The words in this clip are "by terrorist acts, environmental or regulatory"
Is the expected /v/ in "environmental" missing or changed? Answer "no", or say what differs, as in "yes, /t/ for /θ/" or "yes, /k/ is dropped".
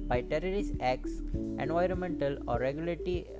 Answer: no